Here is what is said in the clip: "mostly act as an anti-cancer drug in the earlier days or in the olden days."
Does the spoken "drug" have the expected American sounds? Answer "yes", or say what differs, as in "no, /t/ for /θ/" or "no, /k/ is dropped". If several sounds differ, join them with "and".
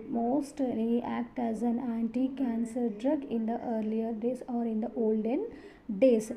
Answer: yes